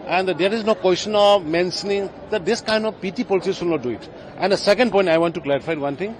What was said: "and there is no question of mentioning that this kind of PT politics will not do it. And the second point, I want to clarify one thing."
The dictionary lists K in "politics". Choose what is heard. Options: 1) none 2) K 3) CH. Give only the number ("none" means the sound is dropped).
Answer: 1